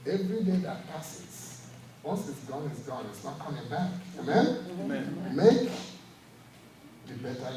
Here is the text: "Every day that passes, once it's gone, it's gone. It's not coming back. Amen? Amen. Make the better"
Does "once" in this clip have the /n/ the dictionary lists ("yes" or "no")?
no